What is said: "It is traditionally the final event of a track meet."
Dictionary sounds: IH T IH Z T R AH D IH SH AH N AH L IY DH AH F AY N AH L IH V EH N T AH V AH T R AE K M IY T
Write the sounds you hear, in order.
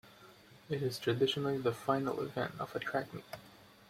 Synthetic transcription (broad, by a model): IH T IH Z T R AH D IH SH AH N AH L IY DH AH F AY N AH L IH V EH N T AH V AH T R AE K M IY